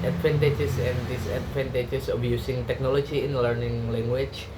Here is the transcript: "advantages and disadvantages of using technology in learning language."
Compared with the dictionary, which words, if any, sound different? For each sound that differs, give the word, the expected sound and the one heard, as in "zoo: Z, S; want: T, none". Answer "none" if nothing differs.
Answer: disadvantages: Z, S; of: V, B; using: Z, S